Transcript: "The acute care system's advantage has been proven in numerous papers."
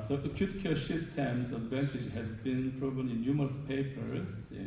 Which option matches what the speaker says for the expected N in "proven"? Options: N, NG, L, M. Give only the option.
L